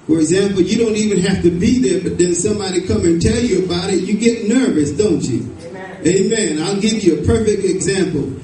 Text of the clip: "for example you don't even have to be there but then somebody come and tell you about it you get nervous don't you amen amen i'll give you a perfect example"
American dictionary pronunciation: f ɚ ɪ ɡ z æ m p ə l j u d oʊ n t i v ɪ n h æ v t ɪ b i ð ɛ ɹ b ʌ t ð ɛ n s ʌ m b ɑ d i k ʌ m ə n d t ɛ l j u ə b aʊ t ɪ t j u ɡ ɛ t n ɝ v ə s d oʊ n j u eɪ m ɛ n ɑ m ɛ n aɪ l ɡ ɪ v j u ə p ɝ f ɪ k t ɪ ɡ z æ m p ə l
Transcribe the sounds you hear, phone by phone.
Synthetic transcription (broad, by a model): f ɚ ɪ ɡ z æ m p l j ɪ d oʊ n t i v ɪ n h æ f t ɪ b i ð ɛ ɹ b ʌ t ð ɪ n s ʌ m b ɑ d i k ʌ m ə n t ɛ l j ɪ ə b aʊ t ɪ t j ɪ ɡ ɛ t n ɝ v ə s d oʊ n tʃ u eɪ ɑ m ɛ n aɪ l ɡ ɪ v j ə p ɝ f ɪ k t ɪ ɡ z æ m p l